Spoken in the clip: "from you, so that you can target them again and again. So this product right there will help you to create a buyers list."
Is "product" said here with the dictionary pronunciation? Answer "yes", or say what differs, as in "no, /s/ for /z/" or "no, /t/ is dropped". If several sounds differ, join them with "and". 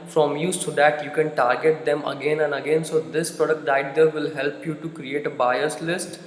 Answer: yes